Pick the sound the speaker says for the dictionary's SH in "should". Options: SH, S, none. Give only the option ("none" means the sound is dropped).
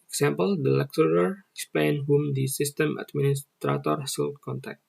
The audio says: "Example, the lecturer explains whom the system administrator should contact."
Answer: S